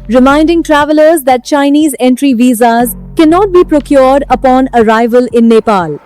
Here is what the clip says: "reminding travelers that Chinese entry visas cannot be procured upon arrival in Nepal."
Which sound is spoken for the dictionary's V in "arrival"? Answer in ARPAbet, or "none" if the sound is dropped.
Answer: V